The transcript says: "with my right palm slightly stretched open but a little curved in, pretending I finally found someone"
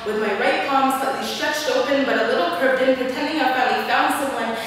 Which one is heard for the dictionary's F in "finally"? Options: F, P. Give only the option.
P